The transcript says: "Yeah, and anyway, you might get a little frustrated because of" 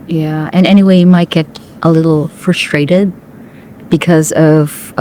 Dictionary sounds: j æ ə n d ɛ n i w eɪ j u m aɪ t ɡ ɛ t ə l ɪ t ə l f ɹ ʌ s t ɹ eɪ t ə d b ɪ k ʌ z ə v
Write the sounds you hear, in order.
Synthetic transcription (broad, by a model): j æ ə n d ɛ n i w eɪ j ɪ m aɪ t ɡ ɛ t ə l ɪ t l f ɹ ʌ s t ɹ eɪ t ə d b ɪ k ʌ z ə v